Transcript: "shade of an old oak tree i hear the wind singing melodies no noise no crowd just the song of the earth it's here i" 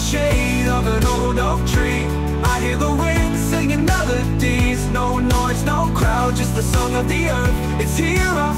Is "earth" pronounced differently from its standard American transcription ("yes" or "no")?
no